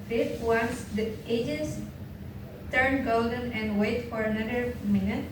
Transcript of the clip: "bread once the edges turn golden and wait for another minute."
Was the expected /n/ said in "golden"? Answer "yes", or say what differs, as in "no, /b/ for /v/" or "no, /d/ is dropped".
yes